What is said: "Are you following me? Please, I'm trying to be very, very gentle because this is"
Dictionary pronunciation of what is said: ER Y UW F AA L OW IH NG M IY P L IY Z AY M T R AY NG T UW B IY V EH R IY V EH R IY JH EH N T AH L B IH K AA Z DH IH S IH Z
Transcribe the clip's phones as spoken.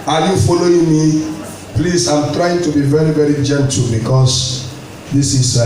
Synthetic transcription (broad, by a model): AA Y UW F AA L OW IH NG M IY P L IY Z AY M T R AY NG T UW B IY V EH R IY V EH R IY JH EH N T AH L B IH K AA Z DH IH S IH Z